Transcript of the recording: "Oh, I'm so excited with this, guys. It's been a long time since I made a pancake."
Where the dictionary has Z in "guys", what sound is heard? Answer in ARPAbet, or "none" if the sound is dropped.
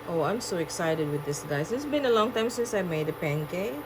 S